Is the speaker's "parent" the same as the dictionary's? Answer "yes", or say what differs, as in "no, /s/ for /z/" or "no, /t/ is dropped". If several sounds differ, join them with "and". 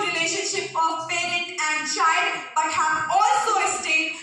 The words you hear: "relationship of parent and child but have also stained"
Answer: no, /n/ is dropped